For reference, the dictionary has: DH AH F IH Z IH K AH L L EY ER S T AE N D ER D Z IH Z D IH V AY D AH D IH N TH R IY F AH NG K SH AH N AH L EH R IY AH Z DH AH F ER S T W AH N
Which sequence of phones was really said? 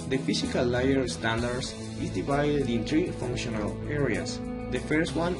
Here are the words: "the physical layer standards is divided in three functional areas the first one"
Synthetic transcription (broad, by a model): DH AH F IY S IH K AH L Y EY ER S T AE N D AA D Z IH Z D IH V AY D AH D IH N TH R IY F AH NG K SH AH N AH L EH R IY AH S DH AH F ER S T W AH N